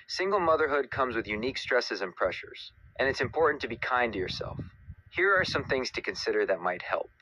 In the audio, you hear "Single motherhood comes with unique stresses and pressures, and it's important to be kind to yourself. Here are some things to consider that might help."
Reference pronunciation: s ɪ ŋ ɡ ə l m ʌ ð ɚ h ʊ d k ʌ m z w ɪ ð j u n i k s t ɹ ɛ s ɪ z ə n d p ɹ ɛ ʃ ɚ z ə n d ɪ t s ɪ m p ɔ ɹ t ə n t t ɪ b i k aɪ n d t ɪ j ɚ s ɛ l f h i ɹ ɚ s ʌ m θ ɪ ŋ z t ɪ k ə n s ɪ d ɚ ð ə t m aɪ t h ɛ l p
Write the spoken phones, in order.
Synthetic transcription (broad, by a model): s ɪ ŋ ɡ l m ʌ ð ɚ h ʊ d k ʌ m z w ɪ ð j u n i k s t ɹ ɛ s ɪ z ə n p ɹ ɛ ʃ ɚ z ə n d ɪ t s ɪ m p ɔ ɹ t n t t ɪ b i k aɪ n t ɪ j ɚ s ɛ l f h i ɹ ɚ s ʌ m θ ɪ ŋ z t ɪ k ə n s ɪ d ɚ ð ə t m aɪ t h ɛ l p